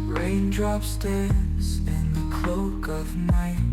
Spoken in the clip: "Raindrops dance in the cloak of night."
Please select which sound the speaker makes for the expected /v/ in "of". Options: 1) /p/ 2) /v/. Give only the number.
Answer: 2